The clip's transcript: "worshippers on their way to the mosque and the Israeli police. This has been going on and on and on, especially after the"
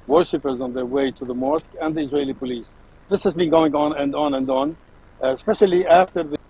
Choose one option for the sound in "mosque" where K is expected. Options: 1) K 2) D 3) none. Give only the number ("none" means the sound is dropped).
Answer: 1